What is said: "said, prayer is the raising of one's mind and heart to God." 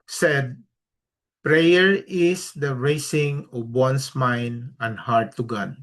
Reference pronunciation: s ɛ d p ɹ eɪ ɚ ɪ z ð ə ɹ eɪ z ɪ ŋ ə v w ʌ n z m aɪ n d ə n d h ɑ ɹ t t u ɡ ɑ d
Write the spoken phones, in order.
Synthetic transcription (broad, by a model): s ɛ d p ɹ eɪ ɚ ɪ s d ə ɹ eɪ s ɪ ŋ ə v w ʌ n s m aɪ n d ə n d h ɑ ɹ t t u ɡ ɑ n